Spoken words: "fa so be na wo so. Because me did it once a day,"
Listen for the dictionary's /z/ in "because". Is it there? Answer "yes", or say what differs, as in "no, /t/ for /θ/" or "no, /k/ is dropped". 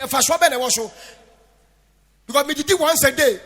no, /z/ is dropped